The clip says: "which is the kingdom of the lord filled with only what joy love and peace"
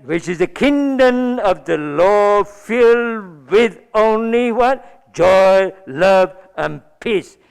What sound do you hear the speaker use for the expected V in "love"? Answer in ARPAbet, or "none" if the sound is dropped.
V